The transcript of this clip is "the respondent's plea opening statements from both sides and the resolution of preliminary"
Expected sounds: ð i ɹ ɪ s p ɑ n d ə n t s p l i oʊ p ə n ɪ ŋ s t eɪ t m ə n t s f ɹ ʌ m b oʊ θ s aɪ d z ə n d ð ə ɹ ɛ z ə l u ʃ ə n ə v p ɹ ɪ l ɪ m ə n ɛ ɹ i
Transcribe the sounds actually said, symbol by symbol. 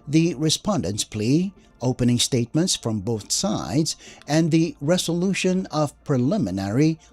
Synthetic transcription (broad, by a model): ð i ɹ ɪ s p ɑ n d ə n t s p l i oʊ p ə n ɪ ŋ s t eɪ t m ə n t s f ɹ ʌ m b oʊ θ s aɪ d z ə n ð ə ɹ ɛ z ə l u ʃ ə n ə v p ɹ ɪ l ɪ m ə n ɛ ɹ i